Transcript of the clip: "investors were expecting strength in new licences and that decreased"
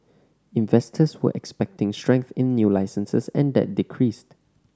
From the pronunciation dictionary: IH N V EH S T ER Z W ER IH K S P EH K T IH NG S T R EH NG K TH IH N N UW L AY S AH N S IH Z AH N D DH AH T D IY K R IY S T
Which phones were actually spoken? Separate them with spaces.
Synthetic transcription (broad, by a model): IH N V EH S T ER S W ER IH K S P EH K T IH NG S T R EH NG K TH IH N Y UW L AY S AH N S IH S AH N D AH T D IY K R IY S T